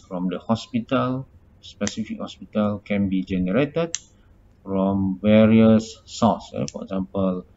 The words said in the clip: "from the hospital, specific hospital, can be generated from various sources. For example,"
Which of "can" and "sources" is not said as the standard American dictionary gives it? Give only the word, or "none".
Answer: sources